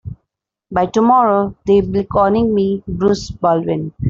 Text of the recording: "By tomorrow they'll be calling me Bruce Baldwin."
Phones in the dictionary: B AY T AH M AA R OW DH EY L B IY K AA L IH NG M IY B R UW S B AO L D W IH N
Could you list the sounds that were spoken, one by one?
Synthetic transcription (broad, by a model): B AY T AH M AA R OW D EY B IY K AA N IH NG M IY B R UW S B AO L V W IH N